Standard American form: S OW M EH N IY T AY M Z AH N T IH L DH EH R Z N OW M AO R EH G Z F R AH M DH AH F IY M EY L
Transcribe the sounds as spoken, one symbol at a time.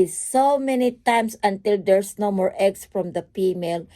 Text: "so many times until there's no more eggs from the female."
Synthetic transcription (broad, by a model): S OW M EH N IY T AY M S AH N T IH L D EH R S N OW M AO R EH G S F R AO M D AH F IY M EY L